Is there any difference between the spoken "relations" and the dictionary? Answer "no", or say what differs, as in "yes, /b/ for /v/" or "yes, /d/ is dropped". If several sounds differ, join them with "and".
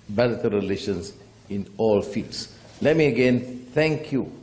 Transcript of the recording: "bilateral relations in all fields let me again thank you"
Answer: yes, /s/ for /z/